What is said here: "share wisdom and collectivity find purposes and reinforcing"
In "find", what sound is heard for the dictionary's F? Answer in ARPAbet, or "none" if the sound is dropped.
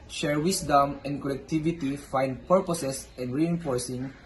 F